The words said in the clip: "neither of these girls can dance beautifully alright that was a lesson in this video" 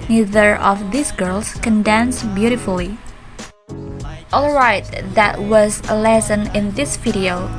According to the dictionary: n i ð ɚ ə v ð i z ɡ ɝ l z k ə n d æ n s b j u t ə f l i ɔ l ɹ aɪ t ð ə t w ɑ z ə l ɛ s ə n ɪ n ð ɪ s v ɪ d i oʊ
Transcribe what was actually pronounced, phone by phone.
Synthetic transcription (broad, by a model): n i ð ɚ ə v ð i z ɡ ɝ l s k ə n d æ n s b j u t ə f l i ɔ l ɹ aɪ t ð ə t w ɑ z ə l ɛ s ə n ɪ n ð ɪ s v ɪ d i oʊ